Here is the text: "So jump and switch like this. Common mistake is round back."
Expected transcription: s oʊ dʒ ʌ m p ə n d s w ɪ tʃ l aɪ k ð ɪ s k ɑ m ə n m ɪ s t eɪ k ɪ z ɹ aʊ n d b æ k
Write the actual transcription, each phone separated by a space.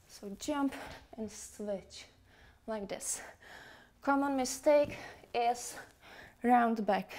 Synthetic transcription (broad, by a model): s oʊ dʒ ʌ m p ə n s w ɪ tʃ l aɪ k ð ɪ s k ɑ m ə n m ɪ s t eɪ k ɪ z ɹ aʊ n d b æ k